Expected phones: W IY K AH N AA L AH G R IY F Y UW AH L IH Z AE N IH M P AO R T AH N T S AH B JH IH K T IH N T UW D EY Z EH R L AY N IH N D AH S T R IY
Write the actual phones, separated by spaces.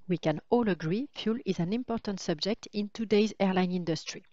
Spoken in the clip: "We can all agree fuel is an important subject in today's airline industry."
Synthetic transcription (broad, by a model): W IY K AH N AA L AH G R IY F Y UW L IH Z AE N IH M P AO R T AH N T S AH B JH IH K T IH N T UW D EY Z EH R L AY N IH N D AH S T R IY